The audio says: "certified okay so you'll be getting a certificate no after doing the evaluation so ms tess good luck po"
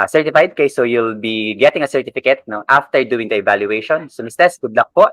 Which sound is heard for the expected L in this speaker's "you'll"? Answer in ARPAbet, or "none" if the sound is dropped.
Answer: L